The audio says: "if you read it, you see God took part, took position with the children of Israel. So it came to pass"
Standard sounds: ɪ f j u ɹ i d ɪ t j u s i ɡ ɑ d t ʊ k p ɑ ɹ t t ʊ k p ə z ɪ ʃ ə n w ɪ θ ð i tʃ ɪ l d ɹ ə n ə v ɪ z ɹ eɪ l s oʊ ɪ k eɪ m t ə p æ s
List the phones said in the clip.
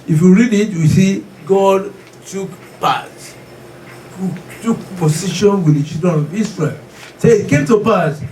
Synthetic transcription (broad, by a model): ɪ f j u ɹ i d ɪ t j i s i ɡ ɑ d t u k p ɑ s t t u k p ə s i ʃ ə n w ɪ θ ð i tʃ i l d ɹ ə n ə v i s ɹ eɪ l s ɪ k eɪ m t ə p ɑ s